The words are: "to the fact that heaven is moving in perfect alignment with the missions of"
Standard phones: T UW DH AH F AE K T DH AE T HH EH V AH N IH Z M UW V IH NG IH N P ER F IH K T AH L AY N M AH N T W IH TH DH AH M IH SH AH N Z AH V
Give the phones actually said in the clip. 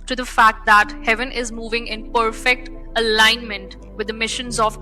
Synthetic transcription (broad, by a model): T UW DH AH F AE K T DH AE T HH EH V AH N IH Z M UW V IH NG IH N P ER F IH K T AH L AY N M AH N T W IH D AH M IH SH AH N Z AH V